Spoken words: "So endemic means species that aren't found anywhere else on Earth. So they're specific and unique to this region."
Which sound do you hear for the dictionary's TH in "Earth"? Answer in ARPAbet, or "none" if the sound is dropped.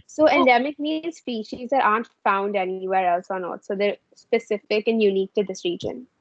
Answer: T